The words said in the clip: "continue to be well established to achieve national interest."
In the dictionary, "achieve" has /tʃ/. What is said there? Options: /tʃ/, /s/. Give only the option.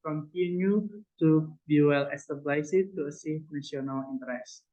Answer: /s/